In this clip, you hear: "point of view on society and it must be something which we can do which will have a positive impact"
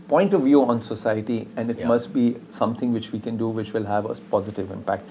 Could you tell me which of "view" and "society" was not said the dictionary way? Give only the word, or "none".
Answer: none